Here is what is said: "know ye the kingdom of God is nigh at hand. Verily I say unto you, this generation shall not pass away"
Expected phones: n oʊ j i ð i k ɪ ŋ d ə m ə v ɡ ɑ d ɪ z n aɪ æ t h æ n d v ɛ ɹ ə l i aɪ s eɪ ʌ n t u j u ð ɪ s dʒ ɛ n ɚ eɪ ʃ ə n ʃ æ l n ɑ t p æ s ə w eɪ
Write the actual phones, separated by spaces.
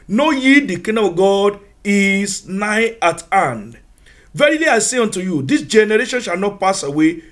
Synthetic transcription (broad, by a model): n oʊ j i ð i k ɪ d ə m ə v ɡ ɑ d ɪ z n aɪ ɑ t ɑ n d v ɛ ɹ ə l i aɪ s eɪ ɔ n t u j u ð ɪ s dʒ ɛ n ɚ eɪ ʃ ə n ʃ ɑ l n ɑ t p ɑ s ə w eɪ